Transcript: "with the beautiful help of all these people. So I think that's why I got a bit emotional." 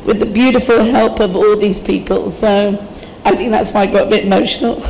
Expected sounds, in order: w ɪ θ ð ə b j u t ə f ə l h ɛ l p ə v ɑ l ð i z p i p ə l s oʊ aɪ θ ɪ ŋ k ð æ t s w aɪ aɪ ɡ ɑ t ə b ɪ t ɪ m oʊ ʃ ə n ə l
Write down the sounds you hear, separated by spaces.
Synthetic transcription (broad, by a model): w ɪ ð ə b j u t ə f ə l h ɛ l p ə v ɑ l ð i z p i p ə l s oʊ aɪ θ ɪ ŋ k ð æ t s w aɪ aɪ ɡ ɑ t ə b ɪ t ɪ m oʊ ʃ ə n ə l